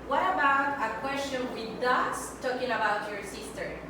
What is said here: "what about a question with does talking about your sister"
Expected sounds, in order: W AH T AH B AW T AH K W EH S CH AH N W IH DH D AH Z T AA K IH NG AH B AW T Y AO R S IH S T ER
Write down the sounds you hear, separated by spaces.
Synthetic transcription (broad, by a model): W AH T AH B AW T AH K W EH S CH AH N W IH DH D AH S T AA K IH NG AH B AW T Y AO R S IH S T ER